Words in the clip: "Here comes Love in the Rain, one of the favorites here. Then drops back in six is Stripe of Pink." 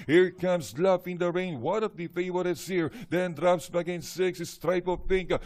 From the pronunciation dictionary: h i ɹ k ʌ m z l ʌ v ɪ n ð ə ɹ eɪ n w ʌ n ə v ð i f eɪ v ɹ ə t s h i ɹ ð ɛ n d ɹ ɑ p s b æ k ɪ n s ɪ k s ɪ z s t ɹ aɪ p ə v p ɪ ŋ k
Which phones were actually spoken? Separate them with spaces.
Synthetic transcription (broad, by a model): h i ɹ k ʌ m s l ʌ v ɪ n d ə ɹ eɪ n w ʌ n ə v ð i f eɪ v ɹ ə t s h i ɹ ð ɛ n d ɹ ɑ p s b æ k ɪ n s ɪ k s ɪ s t ɹ aɪ p ə v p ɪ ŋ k